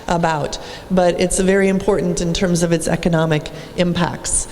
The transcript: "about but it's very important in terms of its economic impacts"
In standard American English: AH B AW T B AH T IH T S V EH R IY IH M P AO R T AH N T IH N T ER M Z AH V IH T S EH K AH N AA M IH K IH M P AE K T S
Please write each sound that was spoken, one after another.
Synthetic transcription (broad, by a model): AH B AW T B AH T IH T S V EH R IY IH M P AO R T N T IH N T ER M Z AH V IH T S EH K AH N AA M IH K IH M P AE K T S